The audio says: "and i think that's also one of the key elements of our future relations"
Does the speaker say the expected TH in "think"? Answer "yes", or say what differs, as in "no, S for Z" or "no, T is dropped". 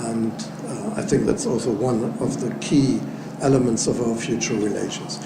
yes